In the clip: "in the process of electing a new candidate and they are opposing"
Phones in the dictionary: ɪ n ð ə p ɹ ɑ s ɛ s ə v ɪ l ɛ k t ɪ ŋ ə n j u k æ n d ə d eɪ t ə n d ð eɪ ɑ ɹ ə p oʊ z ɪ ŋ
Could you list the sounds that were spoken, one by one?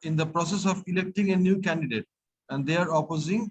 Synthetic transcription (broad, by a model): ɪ n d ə p ɹ ɑ s ɛ s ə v ɪ l ɛ k t ɪ ŋ ə n j u k æ n d ə d eɪ t ə n d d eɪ ɑ ɹ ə p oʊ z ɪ ŋ